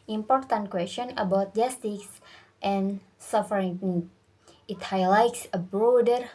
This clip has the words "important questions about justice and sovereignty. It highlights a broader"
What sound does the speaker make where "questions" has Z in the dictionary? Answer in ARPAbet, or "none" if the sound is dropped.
none